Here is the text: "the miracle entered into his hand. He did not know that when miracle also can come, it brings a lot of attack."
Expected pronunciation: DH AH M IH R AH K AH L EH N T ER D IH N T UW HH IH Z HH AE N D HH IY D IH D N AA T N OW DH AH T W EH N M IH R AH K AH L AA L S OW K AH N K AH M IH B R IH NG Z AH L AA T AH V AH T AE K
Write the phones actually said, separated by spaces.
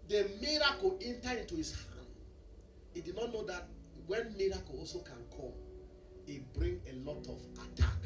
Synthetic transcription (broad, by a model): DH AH M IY R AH K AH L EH N T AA IH N T UW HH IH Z HH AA N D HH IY D IH D N AA T N OW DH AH T W EH N M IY R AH K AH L AA L S OW K AH N K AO M IH B R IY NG AH L AA T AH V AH T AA K